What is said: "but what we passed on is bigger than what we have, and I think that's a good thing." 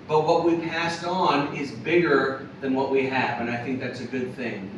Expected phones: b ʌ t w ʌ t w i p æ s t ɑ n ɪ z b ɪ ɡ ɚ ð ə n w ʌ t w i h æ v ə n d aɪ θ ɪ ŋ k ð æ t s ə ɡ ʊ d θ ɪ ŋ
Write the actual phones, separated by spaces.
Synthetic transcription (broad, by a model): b ʌ t w ʌ t w i p æ s t n ɪ z b ɪ ɡ ɚ ð ə n w ʌ t w i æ v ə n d aɪ θ ɪ ŋ k ð æ t s ə ɡ ʊ d θ ɪ ŋ